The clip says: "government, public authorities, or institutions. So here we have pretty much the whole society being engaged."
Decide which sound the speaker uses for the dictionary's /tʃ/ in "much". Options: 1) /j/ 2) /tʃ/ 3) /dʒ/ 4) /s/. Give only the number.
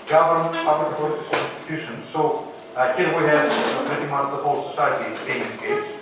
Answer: 4